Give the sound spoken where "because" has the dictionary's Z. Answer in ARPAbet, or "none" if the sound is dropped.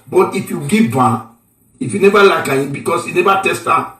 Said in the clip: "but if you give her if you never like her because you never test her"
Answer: S